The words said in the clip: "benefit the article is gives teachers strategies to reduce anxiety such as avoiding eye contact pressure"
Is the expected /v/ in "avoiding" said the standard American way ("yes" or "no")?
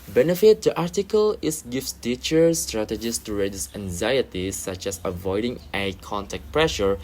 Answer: yes